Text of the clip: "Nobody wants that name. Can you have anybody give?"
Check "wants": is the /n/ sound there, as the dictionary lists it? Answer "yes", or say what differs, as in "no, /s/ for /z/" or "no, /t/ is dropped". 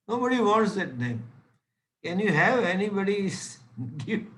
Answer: no, /n/ is dropped